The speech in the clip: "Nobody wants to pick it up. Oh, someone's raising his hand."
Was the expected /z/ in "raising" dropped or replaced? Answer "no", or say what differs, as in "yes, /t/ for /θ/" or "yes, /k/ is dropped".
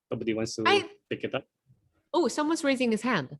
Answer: no